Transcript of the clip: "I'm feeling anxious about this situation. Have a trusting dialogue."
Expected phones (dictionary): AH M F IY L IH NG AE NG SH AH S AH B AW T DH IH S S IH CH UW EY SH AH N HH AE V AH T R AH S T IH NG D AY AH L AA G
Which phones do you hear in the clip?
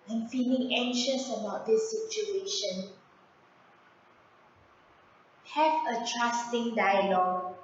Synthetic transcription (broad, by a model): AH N F IY L IH NG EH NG SH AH S AH B AW T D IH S S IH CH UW EY SH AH N HH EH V AH T R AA S T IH NG D AY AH L AA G